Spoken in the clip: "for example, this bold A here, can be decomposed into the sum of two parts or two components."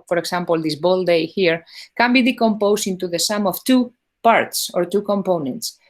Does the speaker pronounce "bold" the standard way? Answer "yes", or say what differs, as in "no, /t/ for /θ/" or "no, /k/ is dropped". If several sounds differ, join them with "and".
yes